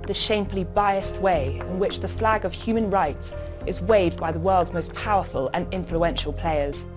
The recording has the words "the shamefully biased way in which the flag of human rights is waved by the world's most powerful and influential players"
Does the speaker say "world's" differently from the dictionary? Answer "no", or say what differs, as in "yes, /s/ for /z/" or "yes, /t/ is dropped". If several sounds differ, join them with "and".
no